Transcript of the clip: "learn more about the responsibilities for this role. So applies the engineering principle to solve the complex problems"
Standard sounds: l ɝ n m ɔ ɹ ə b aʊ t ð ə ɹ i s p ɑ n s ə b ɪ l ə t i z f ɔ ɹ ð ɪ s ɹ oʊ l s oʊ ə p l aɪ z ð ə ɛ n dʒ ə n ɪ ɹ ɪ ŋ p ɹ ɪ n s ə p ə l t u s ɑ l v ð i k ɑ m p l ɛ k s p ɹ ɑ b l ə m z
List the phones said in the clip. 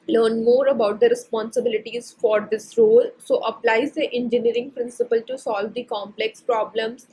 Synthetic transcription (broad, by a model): l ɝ n m ɔ ɹ ə b aʊ t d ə ɹ i s p ɑ n s ə b ɪ l ə t i z f ɔ ɹ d ɪ s ɹ oʊ l s oʊ ə p l aɪ z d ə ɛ n dʒ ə n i ɹ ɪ ŋ p ɹ ɪ n s ə p ə l t u s ɑ l v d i k ɑ m p l ɛ k s p ɹ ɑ b l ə m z